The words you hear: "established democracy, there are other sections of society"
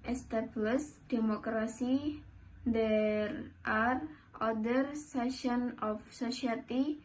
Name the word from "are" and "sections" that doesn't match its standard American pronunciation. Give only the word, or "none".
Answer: sections